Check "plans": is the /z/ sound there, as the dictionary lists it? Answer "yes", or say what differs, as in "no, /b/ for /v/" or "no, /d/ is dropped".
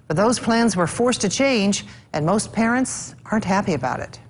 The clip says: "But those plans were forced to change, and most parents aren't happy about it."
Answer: yes